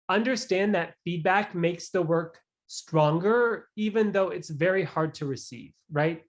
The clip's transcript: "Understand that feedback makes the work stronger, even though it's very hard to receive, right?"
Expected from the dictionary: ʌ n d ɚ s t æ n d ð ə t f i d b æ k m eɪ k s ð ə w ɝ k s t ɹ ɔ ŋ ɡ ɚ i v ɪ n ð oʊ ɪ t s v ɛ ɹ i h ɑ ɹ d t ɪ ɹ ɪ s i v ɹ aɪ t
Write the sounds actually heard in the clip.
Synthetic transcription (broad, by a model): ʌ n d ɚ s t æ n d ð ə t f i d b æ k m eɪ k s ð ə w ɝ k s t ɹ ɔ ŋ ɡ ɚ i v ɪ n ð oʊ ɪ t s v ɛ ɹ i h ɑ ɹ d t ɪ ɹ ɪ s i v ɹ aɪ t